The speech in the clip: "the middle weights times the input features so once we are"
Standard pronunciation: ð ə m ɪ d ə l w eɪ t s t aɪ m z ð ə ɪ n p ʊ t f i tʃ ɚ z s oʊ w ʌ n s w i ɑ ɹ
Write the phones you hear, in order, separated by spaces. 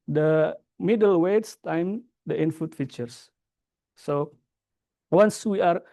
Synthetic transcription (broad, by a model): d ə m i d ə l w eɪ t s t aɪ m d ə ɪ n f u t f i tʃ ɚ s s oʊ w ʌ n s w i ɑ ɹ